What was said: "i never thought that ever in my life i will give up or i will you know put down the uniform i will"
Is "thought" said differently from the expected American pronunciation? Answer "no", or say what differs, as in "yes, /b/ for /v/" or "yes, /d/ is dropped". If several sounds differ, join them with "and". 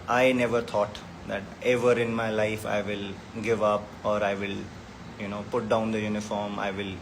yes, /t/ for /θ/